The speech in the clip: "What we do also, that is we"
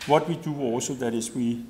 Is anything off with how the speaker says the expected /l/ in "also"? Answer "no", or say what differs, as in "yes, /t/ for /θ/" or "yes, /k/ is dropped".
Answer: yes, /l/ is dropped